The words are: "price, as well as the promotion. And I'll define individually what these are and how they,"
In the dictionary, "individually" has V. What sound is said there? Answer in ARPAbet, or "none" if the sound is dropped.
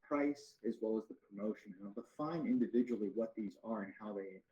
V